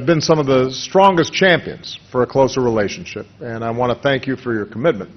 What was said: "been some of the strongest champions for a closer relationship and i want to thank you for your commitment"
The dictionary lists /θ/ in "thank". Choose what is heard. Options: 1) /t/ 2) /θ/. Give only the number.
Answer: 2